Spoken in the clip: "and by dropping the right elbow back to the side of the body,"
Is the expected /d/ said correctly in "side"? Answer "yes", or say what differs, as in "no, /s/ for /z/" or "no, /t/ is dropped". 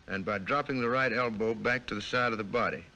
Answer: yes